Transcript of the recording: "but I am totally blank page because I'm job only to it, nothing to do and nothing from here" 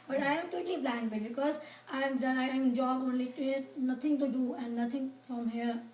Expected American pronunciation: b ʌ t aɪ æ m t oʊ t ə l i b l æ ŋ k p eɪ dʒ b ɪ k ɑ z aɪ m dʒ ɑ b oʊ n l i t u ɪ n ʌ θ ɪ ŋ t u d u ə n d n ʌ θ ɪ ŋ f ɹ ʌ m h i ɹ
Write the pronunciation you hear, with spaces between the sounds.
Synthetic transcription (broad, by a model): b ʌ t aɪ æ m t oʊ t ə l i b l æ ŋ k b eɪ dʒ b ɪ k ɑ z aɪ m dʒ ɑ b oʊ n l i t u ɪ n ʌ t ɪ ŋ t u d u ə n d n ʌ t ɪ ŋ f ɹ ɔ m h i ɹ